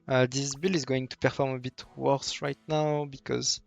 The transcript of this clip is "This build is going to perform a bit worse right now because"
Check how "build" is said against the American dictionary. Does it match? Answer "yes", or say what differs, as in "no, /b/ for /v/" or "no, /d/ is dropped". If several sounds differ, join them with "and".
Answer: no, /d/ is dropped